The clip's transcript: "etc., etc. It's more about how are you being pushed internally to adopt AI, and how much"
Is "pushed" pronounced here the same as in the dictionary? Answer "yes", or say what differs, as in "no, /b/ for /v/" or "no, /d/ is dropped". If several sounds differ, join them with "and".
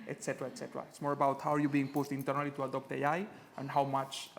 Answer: no, /s/ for /ʃ/